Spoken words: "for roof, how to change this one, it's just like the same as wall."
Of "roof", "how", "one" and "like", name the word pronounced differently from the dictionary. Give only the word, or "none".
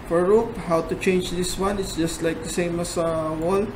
roof